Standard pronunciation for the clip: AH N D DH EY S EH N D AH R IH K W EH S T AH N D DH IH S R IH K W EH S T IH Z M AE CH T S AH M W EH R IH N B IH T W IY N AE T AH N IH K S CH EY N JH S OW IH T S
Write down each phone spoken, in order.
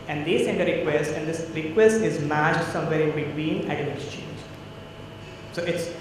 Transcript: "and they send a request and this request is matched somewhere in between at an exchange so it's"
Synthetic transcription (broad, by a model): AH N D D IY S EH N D AH R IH K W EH S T AH N D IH S R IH K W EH S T IH Z M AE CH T S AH M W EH R IH N B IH T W IY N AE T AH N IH S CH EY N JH S OW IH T S